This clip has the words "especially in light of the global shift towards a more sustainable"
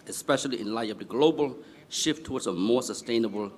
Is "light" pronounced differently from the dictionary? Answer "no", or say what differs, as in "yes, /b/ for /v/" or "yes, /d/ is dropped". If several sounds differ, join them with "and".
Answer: yes, /t/ is dropped